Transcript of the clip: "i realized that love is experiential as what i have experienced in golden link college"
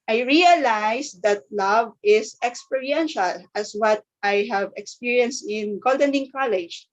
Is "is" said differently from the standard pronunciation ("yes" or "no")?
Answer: yes